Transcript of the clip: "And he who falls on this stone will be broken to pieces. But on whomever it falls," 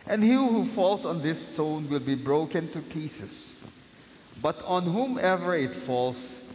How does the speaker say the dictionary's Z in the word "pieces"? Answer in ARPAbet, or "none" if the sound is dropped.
S